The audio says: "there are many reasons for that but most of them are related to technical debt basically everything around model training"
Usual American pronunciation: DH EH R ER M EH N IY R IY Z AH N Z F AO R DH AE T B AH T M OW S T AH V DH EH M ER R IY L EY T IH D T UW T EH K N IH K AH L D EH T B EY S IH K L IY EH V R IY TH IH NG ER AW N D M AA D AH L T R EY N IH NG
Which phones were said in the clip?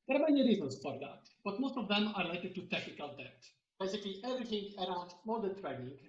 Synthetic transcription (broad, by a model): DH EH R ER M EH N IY R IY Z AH N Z F AO R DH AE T B AH T M OW S T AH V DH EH M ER R IY L EY T IH D T UW T EH K N IH K AH L D EH T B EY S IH K L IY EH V R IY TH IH NG ER AW N D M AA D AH N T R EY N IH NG